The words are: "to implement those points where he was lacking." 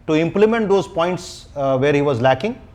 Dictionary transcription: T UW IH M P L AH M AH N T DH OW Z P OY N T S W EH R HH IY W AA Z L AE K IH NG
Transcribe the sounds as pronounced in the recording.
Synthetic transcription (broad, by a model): T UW IH M P L AH M AH N T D OW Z P OY N T S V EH R HH IY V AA Z L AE K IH NG